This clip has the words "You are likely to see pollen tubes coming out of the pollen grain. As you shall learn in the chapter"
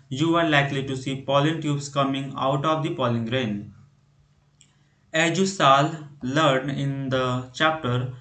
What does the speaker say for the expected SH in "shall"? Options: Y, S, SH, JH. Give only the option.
S